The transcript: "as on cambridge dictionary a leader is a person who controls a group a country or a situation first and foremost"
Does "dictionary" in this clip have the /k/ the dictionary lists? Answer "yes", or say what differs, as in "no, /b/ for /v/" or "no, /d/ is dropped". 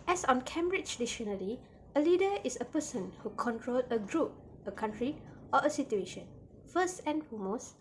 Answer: no, /k/ is dropped